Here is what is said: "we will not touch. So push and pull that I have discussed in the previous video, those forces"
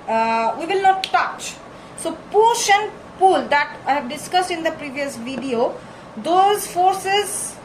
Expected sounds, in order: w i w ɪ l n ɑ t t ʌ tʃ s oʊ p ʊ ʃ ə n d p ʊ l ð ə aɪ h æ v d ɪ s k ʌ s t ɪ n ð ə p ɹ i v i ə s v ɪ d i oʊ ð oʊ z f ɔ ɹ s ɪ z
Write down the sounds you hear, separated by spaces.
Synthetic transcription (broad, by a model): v i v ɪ l n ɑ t t ʌ tʃ s oʊ p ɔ ʃ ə n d p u l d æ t d ɪ s k ʌ s t ɪ n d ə p ɹ i v i ə s v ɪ d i oʊ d oʊ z f ɔ ɹ s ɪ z